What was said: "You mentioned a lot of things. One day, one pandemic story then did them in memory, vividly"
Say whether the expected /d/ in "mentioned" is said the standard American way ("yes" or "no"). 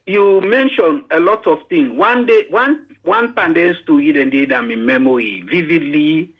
no